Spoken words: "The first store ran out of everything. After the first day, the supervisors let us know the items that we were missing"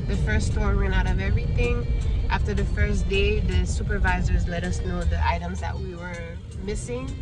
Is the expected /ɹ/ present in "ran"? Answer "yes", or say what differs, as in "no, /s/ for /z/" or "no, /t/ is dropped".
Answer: no, /w/ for /ɹ/